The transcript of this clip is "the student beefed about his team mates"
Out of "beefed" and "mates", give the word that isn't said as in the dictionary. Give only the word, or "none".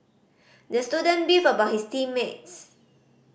beefed